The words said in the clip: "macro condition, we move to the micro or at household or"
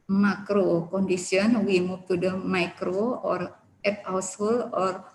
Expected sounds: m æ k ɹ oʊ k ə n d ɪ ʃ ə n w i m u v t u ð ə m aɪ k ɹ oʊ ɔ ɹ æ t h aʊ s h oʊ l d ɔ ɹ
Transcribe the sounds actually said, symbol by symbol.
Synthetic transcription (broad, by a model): m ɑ k ɹ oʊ k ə n d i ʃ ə n w i m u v t u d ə m aɪ k ɹ oʊ ɔ ɹ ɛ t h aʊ s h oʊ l ɔ ɹ